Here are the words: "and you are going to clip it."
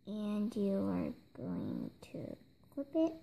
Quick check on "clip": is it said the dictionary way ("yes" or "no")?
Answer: no